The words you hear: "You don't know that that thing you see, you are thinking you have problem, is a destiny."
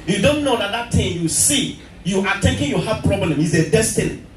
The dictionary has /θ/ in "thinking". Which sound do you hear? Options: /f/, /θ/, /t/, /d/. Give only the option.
/t/